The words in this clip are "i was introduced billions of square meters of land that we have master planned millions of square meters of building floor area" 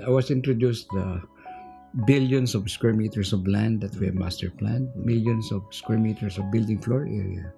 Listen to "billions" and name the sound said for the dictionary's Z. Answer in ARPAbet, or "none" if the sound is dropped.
S